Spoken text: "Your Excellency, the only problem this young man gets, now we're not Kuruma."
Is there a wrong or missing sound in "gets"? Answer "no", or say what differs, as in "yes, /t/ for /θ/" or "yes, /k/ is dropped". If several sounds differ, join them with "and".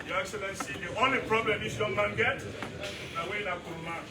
yes, /s/ is dropped